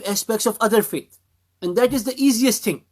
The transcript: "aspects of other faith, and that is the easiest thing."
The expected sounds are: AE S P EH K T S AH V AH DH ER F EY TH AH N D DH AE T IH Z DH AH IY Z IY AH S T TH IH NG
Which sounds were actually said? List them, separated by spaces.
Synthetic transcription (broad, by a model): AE S P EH K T S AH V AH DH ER F EY T AH N D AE T IH Z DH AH IY Z IY AH S T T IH NG